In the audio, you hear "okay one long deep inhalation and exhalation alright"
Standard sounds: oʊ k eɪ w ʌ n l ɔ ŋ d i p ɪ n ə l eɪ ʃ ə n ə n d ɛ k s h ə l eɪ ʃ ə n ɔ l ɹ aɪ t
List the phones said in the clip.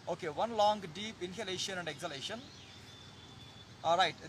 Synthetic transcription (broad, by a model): oʊ k eɪ w ʌ n l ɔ ŋ d i p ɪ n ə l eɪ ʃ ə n ə n d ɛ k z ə l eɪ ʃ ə n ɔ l ɹ aɪ t